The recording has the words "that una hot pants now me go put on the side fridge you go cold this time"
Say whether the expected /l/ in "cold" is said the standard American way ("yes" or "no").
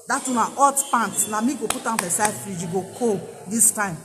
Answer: no